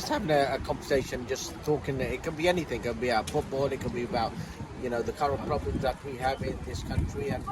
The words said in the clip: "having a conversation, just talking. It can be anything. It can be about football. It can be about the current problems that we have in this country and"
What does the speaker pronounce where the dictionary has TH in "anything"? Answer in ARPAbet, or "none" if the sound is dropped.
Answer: TH